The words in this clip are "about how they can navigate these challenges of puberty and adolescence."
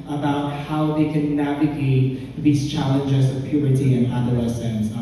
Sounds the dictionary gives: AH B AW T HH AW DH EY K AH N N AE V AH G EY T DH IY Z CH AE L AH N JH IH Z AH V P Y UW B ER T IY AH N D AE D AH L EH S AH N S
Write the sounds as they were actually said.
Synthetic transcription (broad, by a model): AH B AW T HH AW DH EY K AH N N AE V AH G EY T DH IY Z CH AE L AH N JH IH Z AH V P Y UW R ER T IY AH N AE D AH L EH S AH N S